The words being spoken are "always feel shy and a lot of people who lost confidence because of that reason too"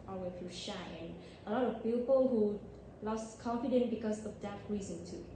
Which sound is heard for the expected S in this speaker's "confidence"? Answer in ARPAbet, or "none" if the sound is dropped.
none